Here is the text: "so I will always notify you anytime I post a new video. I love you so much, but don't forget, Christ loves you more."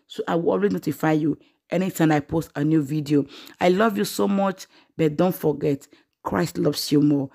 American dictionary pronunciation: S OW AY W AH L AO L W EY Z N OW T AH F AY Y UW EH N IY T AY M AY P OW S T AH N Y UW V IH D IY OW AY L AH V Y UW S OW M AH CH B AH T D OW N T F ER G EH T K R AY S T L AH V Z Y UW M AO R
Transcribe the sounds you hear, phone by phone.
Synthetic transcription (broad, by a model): S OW AY W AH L AO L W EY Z N OW T AH F AY Y UW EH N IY T AY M AY P OW S T AH N Y UW V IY D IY OW AY L AH V Y UW S OW M AH CH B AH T D OW N T F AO G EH T K R AY S T L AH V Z Y UW M AO